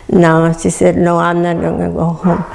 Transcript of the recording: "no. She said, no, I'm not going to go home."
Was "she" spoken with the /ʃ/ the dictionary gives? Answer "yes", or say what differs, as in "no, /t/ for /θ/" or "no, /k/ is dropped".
no, /s/ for /ʃ/